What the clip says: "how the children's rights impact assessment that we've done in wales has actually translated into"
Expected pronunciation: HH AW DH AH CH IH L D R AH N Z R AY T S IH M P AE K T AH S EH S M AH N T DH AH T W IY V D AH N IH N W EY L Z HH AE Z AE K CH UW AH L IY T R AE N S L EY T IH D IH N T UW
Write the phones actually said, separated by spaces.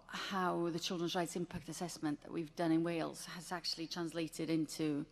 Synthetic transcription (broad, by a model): HH AW DH AH CH IH L D R AH N Z R AY T S IH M P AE K T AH S EH S M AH N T DH AH T W IY V D AH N IH N W EY L Z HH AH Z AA K CH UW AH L IY T R AE N S L EY T IH D IH N T UW